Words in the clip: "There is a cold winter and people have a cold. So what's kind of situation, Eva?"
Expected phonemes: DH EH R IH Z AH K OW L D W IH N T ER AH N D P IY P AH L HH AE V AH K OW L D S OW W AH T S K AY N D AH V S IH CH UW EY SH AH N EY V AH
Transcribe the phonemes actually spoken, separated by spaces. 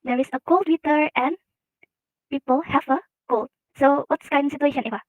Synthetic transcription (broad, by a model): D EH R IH S AH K OW L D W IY T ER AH N P IY P AH L HH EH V AH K OW L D S OW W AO T S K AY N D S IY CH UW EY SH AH N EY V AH